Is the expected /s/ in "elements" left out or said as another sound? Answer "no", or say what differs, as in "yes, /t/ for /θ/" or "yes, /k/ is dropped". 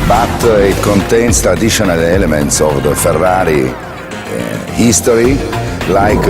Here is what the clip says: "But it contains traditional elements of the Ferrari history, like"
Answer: no